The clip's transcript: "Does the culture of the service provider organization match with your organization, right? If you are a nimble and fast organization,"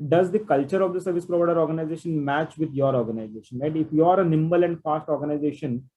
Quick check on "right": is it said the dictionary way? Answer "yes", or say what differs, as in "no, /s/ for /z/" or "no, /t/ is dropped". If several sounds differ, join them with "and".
no, /l/ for /ɹ/